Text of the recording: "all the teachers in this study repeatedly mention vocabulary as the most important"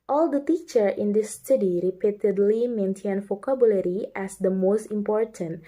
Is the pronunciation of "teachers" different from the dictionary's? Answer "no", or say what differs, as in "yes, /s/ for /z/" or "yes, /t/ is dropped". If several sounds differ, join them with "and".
yes, /z/ is dropped